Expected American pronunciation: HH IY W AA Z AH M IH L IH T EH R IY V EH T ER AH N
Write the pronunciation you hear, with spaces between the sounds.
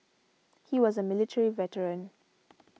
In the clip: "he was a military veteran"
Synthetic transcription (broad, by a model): HH IY W AA Z AH M IH L IH T EH R IY V EH T ER AH N